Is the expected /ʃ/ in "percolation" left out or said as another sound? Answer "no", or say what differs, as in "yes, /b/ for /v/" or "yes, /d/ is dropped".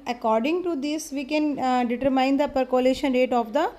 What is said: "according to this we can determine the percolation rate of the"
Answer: no